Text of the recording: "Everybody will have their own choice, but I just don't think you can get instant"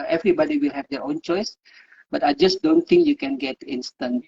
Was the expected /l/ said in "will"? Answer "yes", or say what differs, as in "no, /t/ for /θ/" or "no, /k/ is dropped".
yes